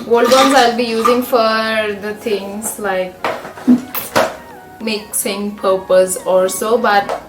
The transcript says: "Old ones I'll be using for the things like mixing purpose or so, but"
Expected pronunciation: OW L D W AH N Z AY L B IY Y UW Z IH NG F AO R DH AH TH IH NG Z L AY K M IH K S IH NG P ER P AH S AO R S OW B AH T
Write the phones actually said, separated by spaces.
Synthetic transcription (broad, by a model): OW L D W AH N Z AY L B IY Y UW Z IH NG F AO R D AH T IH NG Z L AY K M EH K S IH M P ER P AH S AO L S OW B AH T